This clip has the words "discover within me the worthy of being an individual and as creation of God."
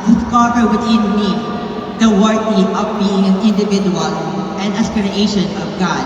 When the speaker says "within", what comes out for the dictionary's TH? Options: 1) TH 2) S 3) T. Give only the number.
3